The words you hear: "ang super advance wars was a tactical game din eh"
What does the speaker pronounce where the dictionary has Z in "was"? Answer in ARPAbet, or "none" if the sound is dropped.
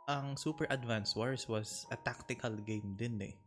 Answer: S